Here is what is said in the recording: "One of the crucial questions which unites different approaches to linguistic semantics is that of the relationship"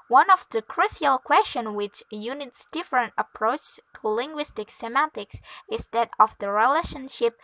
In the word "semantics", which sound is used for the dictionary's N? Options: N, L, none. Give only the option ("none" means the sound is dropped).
none